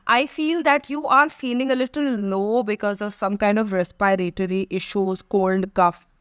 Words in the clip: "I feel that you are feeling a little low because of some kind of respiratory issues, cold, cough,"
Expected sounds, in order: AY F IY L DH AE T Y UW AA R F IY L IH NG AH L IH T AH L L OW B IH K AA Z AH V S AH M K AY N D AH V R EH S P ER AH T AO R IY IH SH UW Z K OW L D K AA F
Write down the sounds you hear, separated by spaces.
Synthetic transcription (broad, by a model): AY F IY L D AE T Y UW AA R F IY L IH NG AH L IH T AH L N OW B IH K AA Z AH V S AH M K AY N D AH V R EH S P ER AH T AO R IY IH SH UW Z K OW L D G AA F